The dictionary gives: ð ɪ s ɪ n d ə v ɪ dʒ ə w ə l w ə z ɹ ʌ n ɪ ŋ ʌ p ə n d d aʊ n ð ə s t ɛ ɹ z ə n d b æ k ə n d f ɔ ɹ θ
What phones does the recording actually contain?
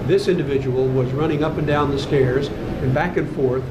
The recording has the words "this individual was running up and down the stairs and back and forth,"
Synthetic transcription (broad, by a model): ð ɪ s ɪ n d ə v ɪ dʒ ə w l w ə z ɹ ʌ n ɪ ŋ ʌ p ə n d d aʊ n ð ə s t ɛ ɹ z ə n b æ k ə n f ɔ ɹ θ